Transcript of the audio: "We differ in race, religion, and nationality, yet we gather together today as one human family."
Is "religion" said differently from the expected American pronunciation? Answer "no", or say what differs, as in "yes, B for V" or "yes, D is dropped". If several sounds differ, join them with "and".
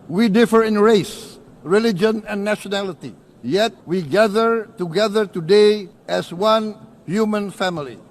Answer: no